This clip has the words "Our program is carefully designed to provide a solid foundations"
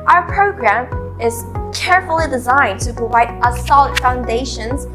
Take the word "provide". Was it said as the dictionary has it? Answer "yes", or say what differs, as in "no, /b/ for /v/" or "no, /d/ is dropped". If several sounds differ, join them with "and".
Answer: yes